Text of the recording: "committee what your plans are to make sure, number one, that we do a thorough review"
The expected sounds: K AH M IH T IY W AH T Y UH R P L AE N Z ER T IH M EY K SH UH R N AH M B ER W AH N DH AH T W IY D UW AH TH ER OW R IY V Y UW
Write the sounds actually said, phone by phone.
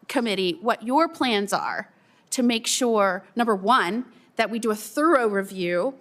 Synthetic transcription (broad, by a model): K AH M IH T IY W AH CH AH R P L AE N Z ER T IH M EY K SH UH R N AH M B ER W AH N DH AH T W IY D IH AH TH ER OW R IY V Y UW